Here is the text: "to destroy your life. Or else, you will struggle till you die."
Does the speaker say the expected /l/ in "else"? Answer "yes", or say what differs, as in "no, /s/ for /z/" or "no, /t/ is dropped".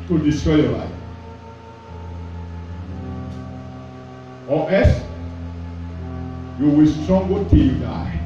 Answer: no, /l/ is dropped